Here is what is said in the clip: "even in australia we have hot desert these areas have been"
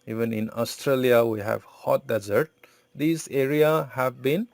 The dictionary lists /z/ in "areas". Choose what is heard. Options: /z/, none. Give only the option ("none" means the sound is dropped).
none